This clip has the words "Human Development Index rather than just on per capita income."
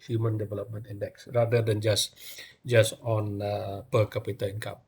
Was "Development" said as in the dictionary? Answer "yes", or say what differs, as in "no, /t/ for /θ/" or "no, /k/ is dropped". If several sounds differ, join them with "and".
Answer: yes